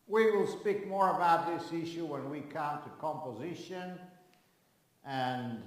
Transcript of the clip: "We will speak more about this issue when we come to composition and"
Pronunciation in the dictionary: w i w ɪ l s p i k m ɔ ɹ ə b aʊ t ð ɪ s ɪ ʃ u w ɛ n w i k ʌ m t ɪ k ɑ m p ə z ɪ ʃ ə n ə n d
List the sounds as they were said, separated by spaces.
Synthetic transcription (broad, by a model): w i w ɪ l s p i k m ɔ ɹ ə b aʊ t ð ɪ s ɪ ʃ u w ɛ n w i k ʌ m t ɪ k ɑ m p ə z ɪ ʃ ə n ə n